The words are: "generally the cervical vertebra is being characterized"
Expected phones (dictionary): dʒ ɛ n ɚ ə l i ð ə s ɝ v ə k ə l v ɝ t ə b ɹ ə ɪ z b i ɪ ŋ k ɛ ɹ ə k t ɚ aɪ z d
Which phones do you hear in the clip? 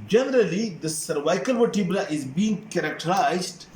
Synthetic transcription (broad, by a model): dʒ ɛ n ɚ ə l i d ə s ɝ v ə k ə l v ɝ t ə b l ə ɪ z b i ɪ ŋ k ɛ ɹ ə k t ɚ aɪ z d